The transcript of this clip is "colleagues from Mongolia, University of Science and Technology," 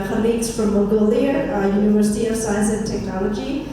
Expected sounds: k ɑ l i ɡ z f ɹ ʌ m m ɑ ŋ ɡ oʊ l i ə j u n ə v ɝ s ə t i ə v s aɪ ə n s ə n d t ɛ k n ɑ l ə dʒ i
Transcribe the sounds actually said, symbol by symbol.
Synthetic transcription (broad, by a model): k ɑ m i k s f ɹ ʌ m m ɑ ɡ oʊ l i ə j u n ə v ɝ s ə t i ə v s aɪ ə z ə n t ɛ k n ɑ l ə dʒ i